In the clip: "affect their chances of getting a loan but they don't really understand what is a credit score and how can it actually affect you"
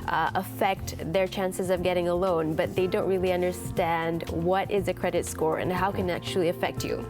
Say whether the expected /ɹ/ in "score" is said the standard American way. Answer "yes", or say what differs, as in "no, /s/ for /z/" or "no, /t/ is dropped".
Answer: yes